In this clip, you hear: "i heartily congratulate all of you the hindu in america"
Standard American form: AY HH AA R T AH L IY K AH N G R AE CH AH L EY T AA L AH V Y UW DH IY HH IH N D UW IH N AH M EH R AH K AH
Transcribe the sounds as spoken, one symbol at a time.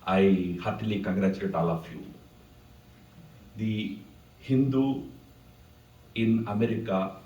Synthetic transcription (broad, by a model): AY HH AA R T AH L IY K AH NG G R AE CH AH EY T AA L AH F Y UW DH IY HH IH N D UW IH N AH M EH R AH K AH